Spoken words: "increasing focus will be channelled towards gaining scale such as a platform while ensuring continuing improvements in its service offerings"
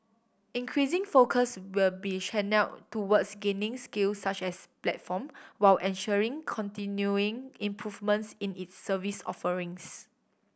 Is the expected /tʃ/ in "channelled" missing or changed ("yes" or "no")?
yes